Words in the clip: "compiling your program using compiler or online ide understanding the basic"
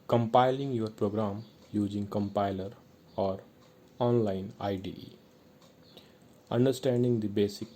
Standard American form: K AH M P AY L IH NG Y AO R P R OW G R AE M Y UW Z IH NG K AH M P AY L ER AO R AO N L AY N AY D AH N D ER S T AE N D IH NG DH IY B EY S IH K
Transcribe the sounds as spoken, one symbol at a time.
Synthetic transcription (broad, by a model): K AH M P AY L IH NG Y AO R P R OW G R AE M Y UW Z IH NG K AH M P AY L ER AO R AO N L AY N AY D AH N D ER S T AE N D IH NG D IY B EY S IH K